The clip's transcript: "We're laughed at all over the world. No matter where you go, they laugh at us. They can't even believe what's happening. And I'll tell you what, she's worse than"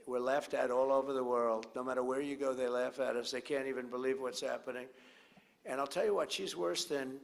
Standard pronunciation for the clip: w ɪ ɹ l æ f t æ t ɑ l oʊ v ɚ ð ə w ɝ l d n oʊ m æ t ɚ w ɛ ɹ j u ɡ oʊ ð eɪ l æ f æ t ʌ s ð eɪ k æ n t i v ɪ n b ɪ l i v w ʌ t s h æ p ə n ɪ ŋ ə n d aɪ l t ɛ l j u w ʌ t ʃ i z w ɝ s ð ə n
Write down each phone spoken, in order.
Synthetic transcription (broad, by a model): w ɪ ɹ l æ f t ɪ t ɑ l oʊ v ɚ ð ə w ɝ l d n oʊ m æ t ɚ w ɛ ɹ j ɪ ɡ oʊ ð eɪ l æ f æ t ʌ s ð eɪ k æ n t i v ɪ n b ɪ l i v w ʌ t s h æ p ə n ɪ ŋ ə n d aɪ l t ɛ l j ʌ w ʌ t ʃ i z w ɝ s ð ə n